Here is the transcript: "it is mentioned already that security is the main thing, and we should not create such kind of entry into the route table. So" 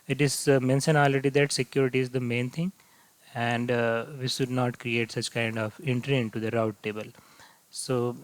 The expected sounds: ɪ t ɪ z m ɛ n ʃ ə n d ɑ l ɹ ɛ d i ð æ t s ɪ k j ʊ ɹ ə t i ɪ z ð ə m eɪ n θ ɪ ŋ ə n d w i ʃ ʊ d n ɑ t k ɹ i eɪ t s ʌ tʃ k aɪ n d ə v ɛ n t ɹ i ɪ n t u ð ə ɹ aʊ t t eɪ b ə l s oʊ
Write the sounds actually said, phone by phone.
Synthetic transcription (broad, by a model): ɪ t ɪ z m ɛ n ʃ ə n ɑ l ɛ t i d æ t s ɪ k j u ɹ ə t i ɪ z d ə m eɪ n t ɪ ŋ ə n d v i ʃ ʊ d n ɑ t k ɹ i eɪ t s ʌ tʃ k aɪ n d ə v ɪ n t ɹ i ɪ n t u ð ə ɹ aʊ t t eɪ b ə l s oʊ